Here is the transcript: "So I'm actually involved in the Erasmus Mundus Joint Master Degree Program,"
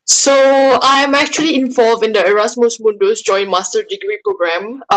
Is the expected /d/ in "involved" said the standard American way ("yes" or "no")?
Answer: no